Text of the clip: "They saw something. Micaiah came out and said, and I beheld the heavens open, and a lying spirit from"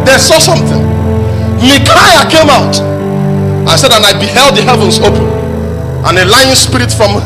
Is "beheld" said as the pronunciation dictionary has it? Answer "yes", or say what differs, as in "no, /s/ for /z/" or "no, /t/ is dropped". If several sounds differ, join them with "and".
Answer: yes